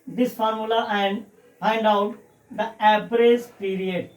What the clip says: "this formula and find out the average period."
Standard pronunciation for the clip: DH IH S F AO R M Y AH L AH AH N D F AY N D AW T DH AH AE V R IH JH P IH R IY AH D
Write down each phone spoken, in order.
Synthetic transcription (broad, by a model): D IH S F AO R M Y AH L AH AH N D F AY N D AW T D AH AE P R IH Z P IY R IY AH D